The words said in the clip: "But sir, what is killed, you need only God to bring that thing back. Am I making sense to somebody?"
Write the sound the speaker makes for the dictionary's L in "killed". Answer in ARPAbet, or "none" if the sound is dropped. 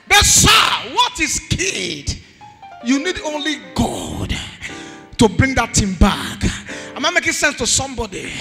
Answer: none